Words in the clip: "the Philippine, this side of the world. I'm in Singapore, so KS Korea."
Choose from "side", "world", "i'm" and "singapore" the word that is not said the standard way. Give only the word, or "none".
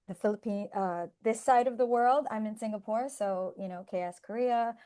none